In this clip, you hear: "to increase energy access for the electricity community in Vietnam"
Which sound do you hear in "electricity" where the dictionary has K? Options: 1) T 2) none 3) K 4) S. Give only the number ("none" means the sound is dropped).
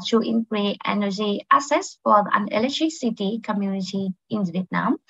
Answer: 2